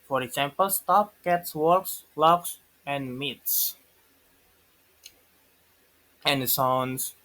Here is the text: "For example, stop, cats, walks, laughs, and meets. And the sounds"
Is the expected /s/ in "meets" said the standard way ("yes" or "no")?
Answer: yes